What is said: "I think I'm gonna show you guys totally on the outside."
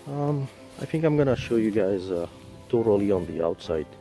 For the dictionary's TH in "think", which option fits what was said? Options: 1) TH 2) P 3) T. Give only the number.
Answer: 1